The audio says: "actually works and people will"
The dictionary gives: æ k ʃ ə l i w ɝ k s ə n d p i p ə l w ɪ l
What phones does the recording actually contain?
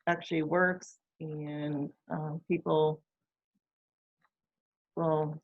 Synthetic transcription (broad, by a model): æ k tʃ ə l i w ɝ k s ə n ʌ p i p l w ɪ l